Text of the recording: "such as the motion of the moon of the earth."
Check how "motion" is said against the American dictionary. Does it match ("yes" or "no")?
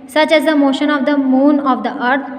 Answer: yes